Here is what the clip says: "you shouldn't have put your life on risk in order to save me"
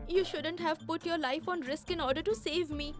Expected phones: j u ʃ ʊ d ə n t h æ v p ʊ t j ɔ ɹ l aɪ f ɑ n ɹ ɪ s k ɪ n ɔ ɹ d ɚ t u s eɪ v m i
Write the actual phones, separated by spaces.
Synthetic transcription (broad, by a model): j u ʃ ʊ d ə n t h æ v p ʊ t j ɔ ɹ l aɪ f ɑ n ɹ ɪ s k ɪ n ɔ ɹ d ɚ t u s eɪ v m i